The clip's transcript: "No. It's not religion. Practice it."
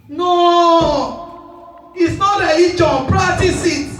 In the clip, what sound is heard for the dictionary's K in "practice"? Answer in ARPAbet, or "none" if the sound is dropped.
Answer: none